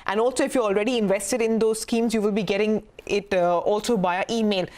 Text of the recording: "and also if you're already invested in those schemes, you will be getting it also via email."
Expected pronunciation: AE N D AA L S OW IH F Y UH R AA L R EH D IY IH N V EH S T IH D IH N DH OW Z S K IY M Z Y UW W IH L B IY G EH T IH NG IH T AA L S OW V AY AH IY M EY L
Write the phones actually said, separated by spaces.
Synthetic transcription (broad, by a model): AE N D AA L S OW IH F Y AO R AA L R EH D IY IH N V EH S T IH D IH N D OW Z S K IY M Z Y UW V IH L B IY G EH T IH NG IH T AA L S OW B AY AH IY M EY L